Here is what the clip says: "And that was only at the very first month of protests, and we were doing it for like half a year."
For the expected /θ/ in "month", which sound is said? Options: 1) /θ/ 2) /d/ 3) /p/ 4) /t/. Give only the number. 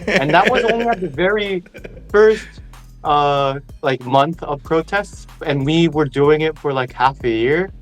1